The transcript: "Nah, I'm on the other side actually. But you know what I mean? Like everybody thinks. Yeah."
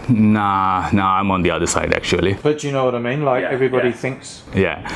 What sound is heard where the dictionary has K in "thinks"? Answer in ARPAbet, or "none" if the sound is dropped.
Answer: K